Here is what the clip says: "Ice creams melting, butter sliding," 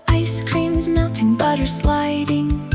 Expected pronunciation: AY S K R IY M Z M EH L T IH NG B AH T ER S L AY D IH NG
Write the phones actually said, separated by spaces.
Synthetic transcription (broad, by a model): AY S K R IY M Z M EH L T IH NG B AH T ER S L AY D IH NG